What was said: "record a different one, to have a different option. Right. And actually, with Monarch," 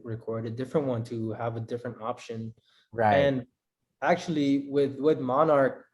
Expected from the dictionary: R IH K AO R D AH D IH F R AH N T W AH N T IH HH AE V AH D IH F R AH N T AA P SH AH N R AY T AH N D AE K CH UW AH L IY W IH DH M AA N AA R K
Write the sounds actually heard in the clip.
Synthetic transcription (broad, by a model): R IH K AO R D AH D IH F R AH N T W AH N T IH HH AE V AH D IH F R AH N T AA P SH AH N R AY AH N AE K CH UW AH W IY W IH DH M AA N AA R K